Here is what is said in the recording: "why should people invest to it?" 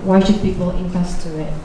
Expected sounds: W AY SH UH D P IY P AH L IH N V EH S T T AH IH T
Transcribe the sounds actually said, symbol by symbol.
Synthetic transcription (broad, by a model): W AY SH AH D P IY P AH L IH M V EH S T T AH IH T